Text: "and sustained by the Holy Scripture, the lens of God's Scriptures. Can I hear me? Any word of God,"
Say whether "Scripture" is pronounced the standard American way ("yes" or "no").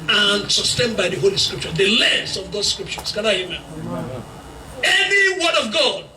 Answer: yes